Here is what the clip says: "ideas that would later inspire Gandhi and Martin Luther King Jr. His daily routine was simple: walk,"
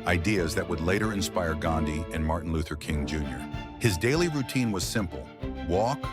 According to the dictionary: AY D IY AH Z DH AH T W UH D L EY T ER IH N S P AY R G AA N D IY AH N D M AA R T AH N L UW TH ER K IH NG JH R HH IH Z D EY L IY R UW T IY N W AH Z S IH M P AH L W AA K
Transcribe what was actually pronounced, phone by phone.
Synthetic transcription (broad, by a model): AY D IY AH Z DH AH T W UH D L EY T ER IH N S P AY R G AA N D IY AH N M AA R T N L UW TH ER K IH NG JH R HH IH Z D EY L IY R UW T IY N W AH Z S IH M P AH L W AA K